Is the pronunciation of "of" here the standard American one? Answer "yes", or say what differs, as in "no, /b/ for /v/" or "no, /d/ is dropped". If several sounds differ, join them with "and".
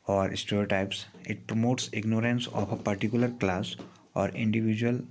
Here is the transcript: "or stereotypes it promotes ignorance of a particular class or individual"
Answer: no, /p/ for /v/